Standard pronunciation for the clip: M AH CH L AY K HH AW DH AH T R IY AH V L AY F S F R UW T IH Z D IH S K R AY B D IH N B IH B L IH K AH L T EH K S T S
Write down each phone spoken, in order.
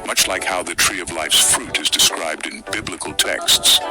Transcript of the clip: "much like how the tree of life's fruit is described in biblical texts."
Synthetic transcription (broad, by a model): M AH CH L AY K HH AW DH AH T R IY AH V L AY F S F R UW T IH Z D IH S K R AY B D IH N B IH B L IH K AH L T EH K S T S